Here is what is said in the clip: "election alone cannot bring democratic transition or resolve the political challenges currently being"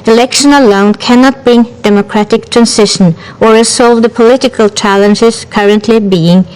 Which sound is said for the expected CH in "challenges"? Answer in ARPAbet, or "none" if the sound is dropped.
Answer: CH